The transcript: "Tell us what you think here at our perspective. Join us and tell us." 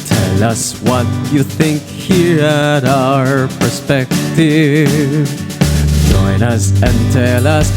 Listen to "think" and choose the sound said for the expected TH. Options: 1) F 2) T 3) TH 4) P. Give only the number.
3